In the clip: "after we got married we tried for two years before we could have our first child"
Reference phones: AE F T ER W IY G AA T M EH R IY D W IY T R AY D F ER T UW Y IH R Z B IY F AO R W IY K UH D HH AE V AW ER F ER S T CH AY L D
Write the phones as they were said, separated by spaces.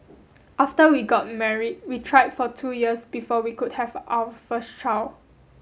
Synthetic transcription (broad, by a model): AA F T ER W IY G AA T M EH R IY D W IY T R AY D F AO T UW Y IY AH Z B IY F AO W IY K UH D HH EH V AW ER F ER S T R AY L